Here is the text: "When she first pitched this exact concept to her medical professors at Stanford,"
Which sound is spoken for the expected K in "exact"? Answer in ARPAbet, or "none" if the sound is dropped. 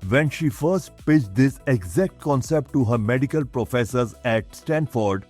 K